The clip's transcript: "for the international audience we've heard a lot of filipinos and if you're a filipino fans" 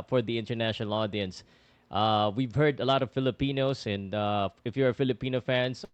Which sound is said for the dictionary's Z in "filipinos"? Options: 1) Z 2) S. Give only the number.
2